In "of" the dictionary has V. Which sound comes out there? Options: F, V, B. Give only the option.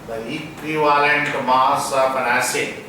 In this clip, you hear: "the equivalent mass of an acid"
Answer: B